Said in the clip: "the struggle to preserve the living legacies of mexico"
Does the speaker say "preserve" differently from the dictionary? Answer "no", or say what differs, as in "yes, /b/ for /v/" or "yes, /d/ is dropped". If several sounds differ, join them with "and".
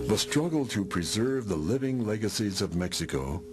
no